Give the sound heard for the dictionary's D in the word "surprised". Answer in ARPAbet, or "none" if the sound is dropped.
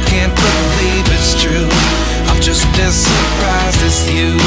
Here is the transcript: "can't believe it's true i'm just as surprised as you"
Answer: none